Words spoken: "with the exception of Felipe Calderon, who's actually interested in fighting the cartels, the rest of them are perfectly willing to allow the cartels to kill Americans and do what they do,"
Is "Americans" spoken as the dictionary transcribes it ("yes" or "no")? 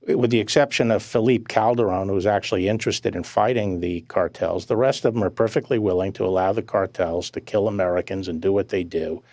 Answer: yes